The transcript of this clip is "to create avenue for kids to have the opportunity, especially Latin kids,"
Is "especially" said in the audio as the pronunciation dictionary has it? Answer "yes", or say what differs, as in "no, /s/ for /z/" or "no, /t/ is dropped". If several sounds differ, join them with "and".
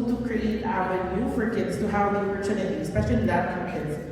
yes